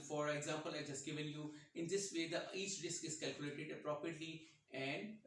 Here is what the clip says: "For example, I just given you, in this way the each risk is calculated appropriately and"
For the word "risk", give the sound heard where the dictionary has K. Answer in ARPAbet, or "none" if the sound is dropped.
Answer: K